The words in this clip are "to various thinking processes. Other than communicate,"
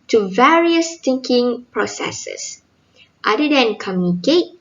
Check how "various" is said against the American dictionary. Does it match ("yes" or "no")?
yes